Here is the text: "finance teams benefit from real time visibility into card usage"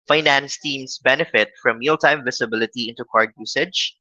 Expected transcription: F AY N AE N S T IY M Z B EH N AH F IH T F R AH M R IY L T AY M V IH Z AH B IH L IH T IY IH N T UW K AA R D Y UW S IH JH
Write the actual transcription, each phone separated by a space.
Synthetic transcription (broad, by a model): F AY N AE N S T IY M S B EH N AH F IH T F R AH M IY L T AY M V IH S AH B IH L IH T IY IH N T UW K AA R D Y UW S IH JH